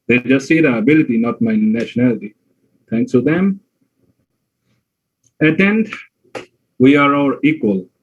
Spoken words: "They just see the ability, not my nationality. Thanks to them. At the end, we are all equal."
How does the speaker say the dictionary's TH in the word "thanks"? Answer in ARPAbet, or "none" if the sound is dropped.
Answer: T